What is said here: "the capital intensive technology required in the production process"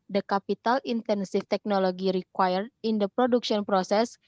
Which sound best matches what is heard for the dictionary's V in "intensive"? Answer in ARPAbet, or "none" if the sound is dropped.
F